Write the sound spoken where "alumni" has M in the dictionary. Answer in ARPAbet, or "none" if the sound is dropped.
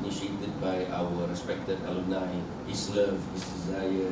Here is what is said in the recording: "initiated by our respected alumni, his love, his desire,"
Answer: none